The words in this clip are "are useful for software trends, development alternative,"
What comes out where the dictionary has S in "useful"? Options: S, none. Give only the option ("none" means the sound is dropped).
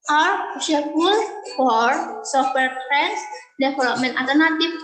none